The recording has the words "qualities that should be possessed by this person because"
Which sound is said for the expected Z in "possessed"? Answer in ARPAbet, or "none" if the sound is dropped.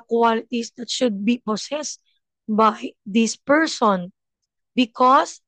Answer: S